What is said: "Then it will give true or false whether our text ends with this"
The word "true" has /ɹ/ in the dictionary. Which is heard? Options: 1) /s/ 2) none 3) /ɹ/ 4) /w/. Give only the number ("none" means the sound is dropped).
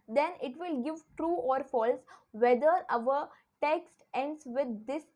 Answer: 3